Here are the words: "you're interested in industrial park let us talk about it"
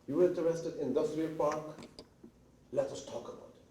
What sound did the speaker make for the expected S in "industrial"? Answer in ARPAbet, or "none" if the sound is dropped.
S